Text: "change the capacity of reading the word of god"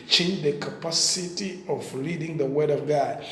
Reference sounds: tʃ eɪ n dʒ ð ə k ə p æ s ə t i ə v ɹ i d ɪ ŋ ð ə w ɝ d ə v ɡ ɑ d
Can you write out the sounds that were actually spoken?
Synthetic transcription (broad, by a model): tʃ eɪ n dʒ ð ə k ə p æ s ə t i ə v l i d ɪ ŋ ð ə w ɝ d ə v ɡ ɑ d